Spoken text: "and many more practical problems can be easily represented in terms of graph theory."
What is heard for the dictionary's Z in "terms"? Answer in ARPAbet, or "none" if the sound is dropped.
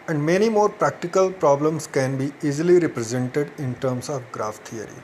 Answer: S